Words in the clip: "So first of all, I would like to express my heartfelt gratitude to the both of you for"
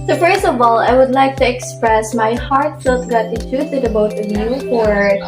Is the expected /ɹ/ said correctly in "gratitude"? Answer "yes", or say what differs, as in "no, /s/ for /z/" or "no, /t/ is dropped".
no, /ɹ/ is dropped